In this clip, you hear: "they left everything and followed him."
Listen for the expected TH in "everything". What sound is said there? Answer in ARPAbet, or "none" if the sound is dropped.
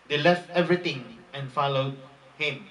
T